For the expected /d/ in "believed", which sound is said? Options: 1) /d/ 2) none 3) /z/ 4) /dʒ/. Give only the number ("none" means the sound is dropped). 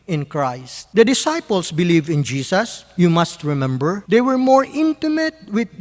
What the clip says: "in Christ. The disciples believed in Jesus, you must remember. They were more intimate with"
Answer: 2